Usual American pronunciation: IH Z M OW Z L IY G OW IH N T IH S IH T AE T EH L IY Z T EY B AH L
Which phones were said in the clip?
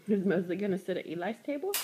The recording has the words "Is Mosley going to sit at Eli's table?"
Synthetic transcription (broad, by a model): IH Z M OW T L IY G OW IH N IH S IH T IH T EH L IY S T EY B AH L